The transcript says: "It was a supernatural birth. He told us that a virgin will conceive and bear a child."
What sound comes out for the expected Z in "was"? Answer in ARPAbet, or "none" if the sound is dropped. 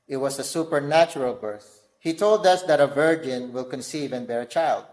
S